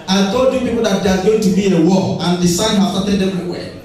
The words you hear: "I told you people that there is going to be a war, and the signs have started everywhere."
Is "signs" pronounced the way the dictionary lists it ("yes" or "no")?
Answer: no